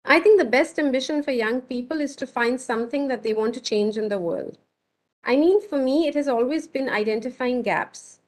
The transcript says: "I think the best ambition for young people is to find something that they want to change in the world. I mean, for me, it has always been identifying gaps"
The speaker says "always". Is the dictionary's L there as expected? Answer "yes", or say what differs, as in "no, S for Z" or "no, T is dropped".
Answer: yes